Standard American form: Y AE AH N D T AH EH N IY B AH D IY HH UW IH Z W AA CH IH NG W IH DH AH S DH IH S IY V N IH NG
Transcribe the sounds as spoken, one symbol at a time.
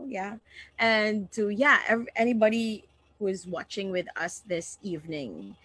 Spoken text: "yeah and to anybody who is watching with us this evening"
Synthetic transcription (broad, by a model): Y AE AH N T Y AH EH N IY B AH D IY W IH Z W AA CH IH NG W IH DH AH S DH IH S IY V N IH NG